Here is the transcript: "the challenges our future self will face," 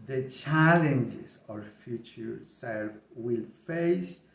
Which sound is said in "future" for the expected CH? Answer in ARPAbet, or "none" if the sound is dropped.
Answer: CH